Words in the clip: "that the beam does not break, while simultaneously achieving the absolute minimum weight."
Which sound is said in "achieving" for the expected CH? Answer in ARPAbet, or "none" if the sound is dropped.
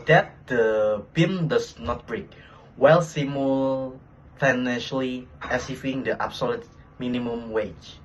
S